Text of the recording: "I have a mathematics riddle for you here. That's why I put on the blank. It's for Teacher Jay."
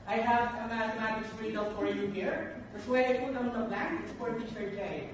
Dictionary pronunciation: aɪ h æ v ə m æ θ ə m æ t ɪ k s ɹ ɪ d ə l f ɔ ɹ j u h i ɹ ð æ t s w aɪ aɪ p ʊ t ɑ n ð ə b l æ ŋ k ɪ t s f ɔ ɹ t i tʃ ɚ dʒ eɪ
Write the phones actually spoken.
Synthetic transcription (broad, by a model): aɪ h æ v ə m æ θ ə m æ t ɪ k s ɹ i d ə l f ɔ ɹ j u h i ɹ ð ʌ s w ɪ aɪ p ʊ ɑ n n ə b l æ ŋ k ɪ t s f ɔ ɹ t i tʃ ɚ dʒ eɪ